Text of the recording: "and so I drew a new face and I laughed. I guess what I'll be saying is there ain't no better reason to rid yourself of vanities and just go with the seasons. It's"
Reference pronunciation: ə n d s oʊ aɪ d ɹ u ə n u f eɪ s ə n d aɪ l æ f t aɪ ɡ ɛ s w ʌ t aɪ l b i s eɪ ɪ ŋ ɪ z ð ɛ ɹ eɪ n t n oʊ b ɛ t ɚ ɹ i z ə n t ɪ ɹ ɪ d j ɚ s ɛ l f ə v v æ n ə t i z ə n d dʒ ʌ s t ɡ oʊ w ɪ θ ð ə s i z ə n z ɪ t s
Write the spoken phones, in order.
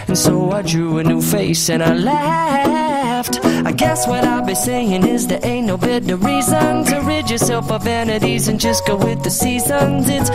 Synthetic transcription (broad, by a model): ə n s oʊ aɪ d ɹ u ə n u f eɪ s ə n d aɪ l æ f t aɪ ɡ ɛ s w ʌ t aɪ l b i s eɪ ɪ ŋ ɪ z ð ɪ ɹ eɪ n n oʊ b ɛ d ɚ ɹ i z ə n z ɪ ɹ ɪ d j ɚ s ɛ l f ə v v æ n ə t i z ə n dʒ ʌ s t ɡ oʊ w ɪ ð ə s i z ə n z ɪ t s